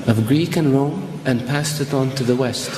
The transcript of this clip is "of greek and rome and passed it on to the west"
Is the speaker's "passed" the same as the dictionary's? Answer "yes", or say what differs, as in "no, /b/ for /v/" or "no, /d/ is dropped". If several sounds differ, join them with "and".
yes